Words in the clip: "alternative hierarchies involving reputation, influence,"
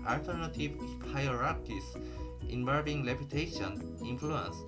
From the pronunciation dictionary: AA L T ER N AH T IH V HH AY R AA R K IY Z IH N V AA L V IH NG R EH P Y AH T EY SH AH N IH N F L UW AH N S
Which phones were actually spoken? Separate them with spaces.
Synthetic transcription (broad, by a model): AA L T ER N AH T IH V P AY R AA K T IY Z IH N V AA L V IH NG L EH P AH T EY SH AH N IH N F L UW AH N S